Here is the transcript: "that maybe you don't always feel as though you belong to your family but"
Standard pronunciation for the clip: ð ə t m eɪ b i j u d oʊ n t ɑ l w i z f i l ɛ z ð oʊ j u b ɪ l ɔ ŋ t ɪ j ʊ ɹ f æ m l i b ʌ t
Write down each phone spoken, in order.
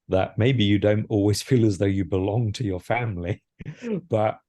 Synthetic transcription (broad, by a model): ð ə t m eɪ b i j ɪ d oʊ n t ɑ l w i z f i l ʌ z ð oʊ j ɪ b ɪ l ɔ ŋ t ɪ j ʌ ɹ f æ m l i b ʌ t